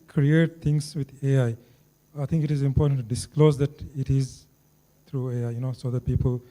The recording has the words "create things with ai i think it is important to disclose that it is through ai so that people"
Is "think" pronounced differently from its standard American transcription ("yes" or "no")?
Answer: yes